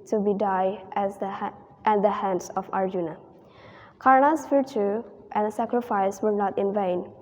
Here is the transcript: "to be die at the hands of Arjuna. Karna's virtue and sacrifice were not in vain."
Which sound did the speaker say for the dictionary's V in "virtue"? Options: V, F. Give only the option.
F